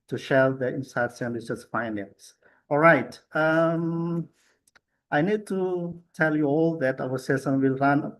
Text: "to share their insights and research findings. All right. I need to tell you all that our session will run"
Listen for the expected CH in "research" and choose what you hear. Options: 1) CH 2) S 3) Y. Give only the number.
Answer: 2